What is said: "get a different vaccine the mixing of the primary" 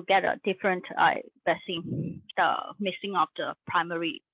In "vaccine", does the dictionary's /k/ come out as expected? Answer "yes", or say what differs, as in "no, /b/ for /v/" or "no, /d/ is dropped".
no, /k/ is dropped